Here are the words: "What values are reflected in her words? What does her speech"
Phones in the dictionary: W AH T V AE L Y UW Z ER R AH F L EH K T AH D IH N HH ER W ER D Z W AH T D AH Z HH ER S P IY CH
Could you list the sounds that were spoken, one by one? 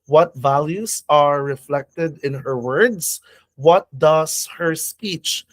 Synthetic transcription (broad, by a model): W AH T V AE L Y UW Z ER R AH F L EH K T AH D IH N HH ER W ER D S W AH T D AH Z HH ER S P IY CH